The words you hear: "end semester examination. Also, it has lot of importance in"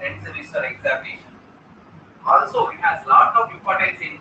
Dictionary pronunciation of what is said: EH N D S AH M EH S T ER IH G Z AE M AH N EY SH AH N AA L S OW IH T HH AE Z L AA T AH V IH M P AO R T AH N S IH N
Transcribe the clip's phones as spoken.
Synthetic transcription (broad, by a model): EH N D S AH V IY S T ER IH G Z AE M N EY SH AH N AA L S OW IH T HH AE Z L AA T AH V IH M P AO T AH S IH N